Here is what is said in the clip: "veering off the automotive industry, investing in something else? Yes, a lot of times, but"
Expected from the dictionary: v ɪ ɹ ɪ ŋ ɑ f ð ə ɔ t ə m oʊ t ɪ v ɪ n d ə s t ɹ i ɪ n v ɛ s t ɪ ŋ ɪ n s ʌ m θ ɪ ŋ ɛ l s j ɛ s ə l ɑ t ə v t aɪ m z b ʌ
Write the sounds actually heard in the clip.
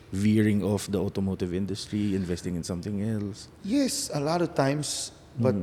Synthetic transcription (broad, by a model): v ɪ ɹ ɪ ŋ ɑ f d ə ɔ t ə m oʊ t ɪ v ɪ n d ə s t ɹ i ɪ n v ɛ s t ɪ ŋ ɪ n s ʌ m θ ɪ ŋ ɛ l s j ɛ s ə l ɑ t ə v t aɪ m s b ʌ